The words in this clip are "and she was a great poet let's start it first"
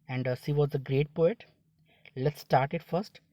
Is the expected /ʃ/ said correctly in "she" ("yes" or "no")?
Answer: no